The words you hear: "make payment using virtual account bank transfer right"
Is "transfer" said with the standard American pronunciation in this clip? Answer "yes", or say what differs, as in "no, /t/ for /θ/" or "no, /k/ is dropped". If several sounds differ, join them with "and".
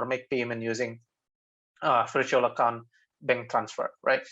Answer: yes